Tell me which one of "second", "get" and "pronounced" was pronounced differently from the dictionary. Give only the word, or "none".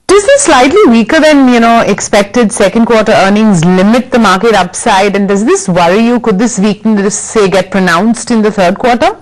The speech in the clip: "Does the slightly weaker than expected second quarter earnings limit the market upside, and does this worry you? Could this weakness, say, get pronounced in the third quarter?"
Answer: none